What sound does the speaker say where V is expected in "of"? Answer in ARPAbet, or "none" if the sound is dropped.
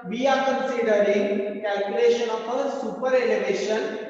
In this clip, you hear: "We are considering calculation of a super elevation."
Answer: P